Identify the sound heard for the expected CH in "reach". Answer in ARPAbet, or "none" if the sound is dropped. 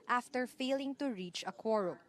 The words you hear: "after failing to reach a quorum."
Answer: CH